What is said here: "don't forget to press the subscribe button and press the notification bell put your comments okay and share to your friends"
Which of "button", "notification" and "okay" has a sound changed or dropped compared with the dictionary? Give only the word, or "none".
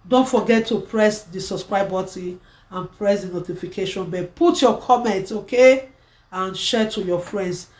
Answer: button